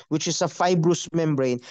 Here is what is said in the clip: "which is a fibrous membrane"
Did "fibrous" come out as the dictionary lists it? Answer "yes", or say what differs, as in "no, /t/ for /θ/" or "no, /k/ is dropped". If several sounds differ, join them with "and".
yes